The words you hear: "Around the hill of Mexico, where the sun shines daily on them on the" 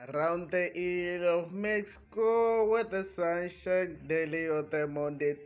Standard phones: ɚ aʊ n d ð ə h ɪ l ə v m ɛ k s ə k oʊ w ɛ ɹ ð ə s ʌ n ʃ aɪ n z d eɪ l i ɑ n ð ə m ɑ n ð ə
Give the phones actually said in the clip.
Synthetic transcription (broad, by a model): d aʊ n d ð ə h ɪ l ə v m ɛ k s ə k oʊ w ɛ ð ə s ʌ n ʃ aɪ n d eɪ l i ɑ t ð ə m ɑ n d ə